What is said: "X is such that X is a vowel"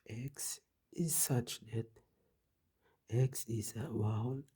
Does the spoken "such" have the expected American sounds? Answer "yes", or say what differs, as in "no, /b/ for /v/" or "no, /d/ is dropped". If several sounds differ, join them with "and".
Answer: yes